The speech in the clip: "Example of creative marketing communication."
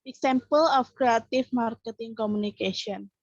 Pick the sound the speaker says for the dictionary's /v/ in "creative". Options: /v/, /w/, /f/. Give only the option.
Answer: /f/